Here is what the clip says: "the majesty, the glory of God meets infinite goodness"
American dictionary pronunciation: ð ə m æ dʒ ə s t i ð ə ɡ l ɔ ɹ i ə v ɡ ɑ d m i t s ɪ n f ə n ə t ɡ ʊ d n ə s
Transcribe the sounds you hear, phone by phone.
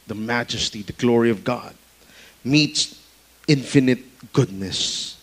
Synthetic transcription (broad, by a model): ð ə m æ dʒ ə s t i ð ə ɡ l ɔ ɹ i ə v ɡ ɑ d m i t s ɪ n f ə n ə t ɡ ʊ d n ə s